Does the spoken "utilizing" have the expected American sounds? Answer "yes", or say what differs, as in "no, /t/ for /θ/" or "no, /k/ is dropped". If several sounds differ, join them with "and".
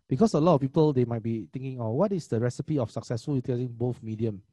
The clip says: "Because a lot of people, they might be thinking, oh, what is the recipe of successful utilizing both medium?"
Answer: no, /l/ is dropped